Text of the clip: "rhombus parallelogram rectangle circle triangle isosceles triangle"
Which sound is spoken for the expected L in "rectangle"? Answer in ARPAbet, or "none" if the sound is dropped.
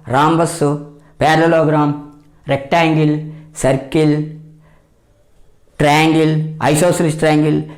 L